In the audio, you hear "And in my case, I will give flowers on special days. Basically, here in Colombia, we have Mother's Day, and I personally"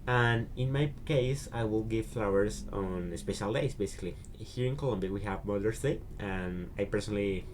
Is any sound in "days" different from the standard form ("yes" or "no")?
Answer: yes